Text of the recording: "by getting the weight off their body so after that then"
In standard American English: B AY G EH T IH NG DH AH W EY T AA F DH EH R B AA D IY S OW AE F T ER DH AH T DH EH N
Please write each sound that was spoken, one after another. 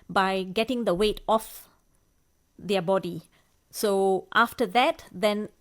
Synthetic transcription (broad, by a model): B AY G EH T IH NG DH AH W EY T AA F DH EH B AA D IY S OW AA F T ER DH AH T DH EH N